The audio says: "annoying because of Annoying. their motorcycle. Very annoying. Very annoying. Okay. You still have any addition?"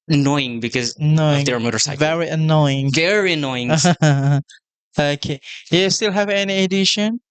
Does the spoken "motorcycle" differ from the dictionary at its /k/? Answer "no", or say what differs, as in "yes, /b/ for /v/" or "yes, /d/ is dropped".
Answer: yes, /k/ is dropped